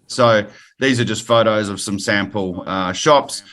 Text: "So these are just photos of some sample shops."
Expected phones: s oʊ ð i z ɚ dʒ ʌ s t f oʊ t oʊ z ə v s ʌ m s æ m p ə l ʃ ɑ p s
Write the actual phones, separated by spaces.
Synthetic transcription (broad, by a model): s oʊ ð i z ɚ dʒ ʌ s t f oʊ t oʊ z ə v s ʌ m s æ m p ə l ʃ ɑ p s